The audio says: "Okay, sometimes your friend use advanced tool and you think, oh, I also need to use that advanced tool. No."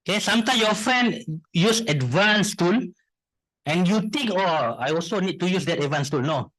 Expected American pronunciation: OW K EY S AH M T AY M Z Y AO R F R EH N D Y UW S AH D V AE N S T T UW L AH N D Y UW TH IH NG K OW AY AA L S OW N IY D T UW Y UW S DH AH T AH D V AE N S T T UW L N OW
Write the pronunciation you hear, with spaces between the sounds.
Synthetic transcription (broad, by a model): K EY S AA M T AY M Y AO F R EH N D Y UW S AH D V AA N S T T UW L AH N Y UW T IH NG K OW AY AA L S OW N IY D T UW Y UW S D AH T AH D V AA N S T T UW L N OW